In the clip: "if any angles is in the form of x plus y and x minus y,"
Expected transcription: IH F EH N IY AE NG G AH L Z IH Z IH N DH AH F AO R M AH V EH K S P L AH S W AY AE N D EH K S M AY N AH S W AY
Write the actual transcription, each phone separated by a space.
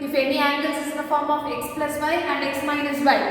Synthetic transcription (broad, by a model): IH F EH N IY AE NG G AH L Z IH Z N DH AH F AO R M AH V EH K S P L AH S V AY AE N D EH K S M AY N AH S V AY